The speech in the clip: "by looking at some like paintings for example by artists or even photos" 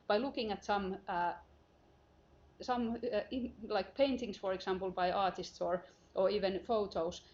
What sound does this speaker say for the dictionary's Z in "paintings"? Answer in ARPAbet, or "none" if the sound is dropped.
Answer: S